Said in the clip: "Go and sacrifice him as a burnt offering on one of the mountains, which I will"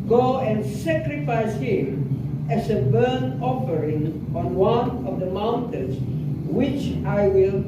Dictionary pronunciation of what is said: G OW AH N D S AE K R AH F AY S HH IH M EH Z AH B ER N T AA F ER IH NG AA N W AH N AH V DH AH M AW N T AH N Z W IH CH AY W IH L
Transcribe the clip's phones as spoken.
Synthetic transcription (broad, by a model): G OW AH N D S AE K R AH F AY S HH IH M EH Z AH B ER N AA F ER IH NG AA N W AH N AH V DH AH M AW N T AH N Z W IH CH AY W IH L